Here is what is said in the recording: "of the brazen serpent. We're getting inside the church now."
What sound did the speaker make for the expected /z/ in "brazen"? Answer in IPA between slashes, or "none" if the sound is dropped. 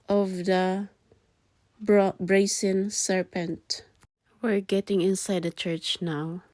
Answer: /s/